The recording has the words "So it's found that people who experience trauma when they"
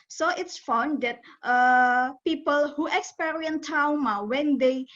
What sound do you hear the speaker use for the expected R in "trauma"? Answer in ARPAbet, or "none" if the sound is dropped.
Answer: none